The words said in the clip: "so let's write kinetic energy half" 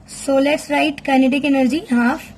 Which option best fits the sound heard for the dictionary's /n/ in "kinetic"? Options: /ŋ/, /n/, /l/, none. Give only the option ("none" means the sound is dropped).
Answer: /n/